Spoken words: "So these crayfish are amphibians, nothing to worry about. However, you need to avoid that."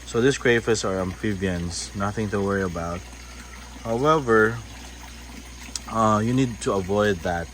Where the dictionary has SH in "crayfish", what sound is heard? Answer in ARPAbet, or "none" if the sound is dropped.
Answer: S